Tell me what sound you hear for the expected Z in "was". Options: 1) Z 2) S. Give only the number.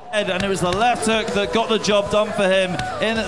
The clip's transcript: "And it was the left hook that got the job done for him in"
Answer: 1